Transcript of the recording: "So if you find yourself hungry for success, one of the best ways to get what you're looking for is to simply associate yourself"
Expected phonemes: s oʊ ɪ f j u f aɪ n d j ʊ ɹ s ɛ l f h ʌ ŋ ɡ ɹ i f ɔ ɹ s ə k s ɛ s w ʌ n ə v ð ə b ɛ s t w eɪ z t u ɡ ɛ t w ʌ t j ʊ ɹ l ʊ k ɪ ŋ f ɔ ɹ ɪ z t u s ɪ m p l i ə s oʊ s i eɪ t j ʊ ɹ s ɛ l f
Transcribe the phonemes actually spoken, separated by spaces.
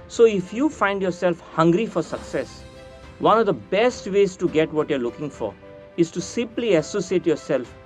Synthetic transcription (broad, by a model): s oʊ ɪ f j u f aɪ n d j ʊ ɹ s ɛ l f h ʌ ŋ ɡ ɹ i f ɔ ɹ s ə k s ɛ s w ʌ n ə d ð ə b ɛ s t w eɪ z t u ɡ ɛ t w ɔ t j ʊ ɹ l ʊ k ɪ ŋ f ɔ ɹ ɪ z t u s ɪ m p l i ə s oʊ s i eɪ t j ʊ ɹ s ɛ l f